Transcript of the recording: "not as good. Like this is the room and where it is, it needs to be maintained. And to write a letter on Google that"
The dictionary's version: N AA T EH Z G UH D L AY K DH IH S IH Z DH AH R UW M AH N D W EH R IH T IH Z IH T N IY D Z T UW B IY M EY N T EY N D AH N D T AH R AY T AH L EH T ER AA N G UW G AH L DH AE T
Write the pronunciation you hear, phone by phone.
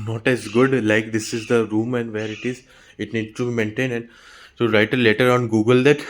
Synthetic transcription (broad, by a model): N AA T EH Z G UH D L AY K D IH S IH Z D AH R UW M AH N D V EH R IH T IH Z IH T N IY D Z T UW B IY M EY N T EY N AH N D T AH R AY T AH L EH T ER AA N G UW G AH L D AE T